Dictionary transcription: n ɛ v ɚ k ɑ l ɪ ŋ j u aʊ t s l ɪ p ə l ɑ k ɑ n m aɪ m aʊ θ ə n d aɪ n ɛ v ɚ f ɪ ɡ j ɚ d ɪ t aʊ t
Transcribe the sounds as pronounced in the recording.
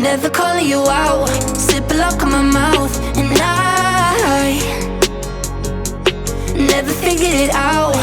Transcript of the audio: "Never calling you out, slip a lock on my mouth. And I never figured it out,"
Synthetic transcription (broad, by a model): n ɛ v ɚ k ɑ l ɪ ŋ j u aʊ t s ɪ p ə l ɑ k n m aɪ m aʊ θ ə n aɪ n ɛ v ɚ f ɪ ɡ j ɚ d ɪ t aʊ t